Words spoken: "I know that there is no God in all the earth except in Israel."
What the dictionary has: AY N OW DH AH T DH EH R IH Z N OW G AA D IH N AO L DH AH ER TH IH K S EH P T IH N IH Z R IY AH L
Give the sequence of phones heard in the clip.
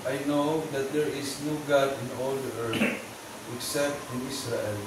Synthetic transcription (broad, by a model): AY N OW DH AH T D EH R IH S N OW G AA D IH N AO L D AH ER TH IH K S EH P T IH N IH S R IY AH L